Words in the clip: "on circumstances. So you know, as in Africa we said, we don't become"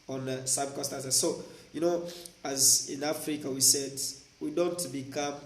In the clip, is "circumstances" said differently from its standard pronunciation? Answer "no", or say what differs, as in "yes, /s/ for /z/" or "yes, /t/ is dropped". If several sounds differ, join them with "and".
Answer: yes, /m/ is dropped and /n/ is dropped